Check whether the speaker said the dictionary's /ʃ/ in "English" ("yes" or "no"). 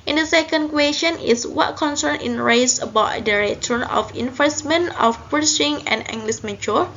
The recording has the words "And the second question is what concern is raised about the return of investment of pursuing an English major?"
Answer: no